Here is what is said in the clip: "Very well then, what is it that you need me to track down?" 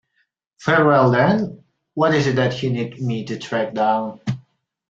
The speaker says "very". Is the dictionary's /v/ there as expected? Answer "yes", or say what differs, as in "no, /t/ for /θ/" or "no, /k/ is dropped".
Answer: no, /f/ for /v/